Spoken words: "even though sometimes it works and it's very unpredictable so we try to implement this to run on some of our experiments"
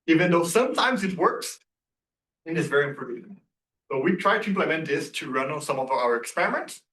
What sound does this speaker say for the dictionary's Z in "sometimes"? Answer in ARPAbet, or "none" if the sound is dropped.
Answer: Z